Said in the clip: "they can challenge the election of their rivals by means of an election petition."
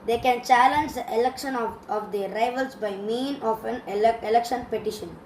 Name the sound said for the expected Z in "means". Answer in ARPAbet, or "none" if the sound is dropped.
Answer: none